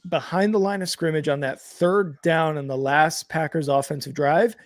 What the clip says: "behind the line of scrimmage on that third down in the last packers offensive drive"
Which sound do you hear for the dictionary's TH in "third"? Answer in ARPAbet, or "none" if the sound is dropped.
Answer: TH